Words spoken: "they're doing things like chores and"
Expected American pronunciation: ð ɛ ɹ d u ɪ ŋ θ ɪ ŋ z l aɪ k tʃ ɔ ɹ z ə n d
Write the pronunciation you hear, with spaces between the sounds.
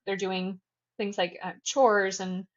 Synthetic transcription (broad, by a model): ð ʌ ɹ d u ɪ ŋ θ ɪ ŋ z l aɪ k tʃ ɔ ɹ z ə n